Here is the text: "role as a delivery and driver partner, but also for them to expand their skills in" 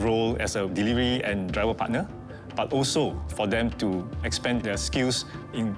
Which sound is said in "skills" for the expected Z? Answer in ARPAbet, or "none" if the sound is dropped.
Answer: S